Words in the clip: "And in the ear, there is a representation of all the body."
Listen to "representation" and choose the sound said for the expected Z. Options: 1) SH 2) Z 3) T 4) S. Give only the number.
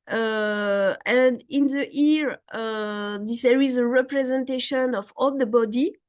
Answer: 2